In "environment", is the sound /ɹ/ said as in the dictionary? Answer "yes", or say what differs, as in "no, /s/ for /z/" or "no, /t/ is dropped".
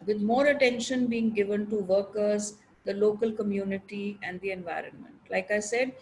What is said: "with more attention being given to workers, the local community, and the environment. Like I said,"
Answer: yes